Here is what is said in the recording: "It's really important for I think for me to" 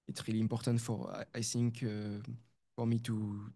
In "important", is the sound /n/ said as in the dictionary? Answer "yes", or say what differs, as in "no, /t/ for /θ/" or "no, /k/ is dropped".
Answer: yes